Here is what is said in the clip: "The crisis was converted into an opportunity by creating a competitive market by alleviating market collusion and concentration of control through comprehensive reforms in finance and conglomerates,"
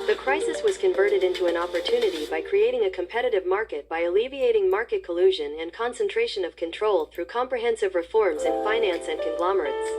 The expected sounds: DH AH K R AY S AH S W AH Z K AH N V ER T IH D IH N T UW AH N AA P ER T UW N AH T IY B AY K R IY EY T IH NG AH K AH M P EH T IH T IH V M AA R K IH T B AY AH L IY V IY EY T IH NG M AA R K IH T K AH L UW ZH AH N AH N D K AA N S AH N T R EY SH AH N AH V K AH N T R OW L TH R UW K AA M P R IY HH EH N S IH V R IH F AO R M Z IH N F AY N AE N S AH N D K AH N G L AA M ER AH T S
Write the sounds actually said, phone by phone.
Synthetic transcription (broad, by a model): DH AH K R AY S AH S W AH Z K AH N V ER T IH D IH N T UW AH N AA P ER T UW N AH T IY B AY K R IY EY T IH NG AH K AH M P EH T IH T IH V M AA R K IH T B AY AH L IY V IY EY T IH NG M AA R K IH T K AH L UW ZH AH N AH N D K AA N S AH N T R EY SH AH N AH V K AH N T R OW L TH R UW K AA M P R IY HH EH N S IH V R IH F AO R M Z IH N F AY N AE N S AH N K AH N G L AA M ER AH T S